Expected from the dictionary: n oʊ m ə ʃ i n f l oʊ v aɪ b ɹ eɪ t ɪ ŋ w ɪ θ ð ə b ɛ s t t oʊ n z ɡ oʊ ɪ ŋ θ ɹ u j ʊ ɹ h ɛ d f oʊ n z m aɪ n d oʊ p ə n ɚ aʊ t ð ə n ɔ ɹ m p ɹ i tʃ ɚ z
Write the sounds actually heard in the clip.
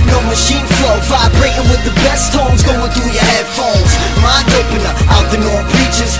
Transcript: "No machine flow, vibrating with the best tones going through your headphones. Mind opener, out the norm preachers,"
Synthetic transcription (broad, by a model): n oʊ m ə ʃ i n f l oʊ f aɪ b ɹ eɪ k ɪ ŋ w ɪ ð ə b ɛ s t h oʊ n z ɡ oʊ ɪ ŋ θ ɹ u j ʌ ɹ h ɛ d f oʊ l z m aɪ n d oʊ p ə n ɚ aʊ t ð ə n ɔ ɹ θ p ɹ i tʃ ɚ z